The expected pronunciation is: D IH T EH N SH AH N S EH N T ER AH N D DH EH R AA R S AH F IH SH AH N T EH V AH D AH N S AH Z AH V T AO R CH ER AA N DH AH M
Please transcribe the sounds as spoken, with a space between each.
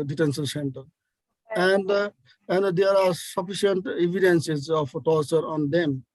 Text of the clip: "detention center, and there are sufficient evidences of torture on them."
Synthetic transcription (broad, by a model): D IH T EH N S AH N S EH N T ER AH N D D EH R AA R S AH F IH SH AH N T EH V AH D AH N S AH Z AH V T AO R CH ER AA N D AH M